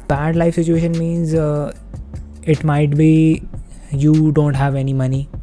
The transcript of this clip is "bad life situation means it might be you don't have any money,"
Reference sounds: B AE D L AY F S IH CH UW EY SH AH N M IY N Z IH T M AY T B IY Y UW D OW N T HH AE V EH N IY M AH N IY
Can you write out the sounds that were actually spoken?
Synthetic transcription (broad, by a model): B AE D L AY F S IH CH UW EY SH AH N M IY N Z IH T M AY T B IY Y UW D OW N T HH AE V EH N IY M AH N IY